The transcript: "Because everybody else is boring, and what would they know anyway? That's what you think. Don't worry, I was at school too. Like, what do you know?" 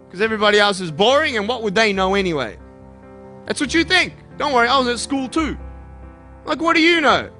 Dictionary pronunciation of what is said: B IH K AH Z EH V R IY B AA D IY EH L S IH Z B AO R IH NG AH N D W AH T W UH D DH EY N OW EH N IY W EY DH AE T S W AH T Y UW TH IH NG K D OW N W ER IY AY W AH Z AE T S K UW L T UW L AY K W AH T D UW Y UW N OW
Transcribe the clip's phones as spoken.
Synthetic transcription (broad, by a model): K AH Z EH V R IY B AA D IY EH L S IH Z B AO R IH NG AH N W AH T W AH D DH EY N OW EH N IY W EY DH AE T S W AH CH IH TH IH NG K D OW N W ER IY AY W AH Z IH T S K UW L T UW L AY K W AH T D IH Y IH N OW